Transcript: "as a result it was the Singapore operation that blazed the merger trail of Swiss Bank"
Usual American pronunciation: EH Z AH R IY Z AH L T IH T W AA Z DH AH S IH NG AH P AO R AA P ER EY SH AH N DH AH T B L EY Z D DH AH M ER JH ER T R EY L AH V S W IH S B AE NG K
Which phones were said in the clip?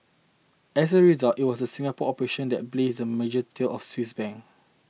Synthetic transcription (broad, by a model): EH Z AH R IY Z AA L T IH T W AA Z AH S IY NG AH P AO AA P ER EY SH AH N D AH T B L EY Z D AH M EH JH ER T EY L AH F S W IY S B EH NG